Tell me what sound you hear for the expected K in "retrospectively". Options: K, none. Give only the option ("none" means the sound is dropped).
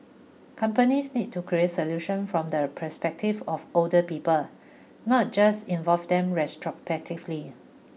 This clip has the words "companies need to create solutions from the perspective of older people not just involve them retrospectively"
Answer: none